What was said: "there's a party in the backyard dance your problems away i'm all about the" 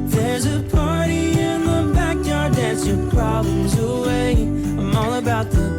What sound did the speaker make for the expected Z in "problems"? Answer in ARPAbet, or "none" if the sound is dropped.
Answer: Z